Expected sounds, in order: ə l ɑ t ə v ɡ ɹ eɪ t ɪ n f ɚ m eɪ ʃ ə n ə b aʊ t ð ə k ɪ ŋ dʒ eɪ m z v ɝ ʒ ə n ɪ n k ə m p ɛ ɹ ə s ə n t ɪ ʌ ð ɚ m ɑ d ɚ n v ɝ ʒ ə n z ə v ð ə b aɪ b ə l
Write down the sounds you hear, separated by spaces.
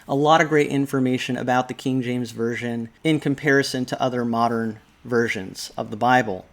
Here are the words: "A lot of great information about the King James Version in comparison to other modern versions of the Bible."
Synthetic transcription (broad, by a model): ə l ɑ t ə v ɡ ɹ eɪ t ɪ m f ɚ m eɪ ʃ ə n ə b aʊ t ð ə k ɪ ŋ dʒ eɪ m z v ɝ ʒ ə n ɪ n k ə m p ɛ ɹ ə s ə n t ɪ ʌ ð ɚ m ɑ d ɚ n v ɝ ʒ ə n z ə v ð ə b aɪ b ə l